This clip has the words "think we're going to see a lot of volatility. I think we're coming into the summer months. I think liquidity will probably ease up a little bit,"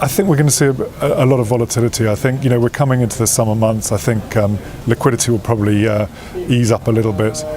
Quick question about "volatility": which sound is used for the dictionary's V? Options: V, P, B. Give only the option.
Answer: V